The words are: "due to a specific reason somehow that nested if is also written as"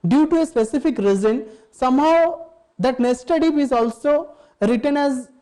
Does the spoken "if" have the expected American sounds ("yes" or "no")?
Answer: no